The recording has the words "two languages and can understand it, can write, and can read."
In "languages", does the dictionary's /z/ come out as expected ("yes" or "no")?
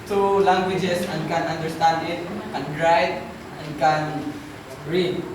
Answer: no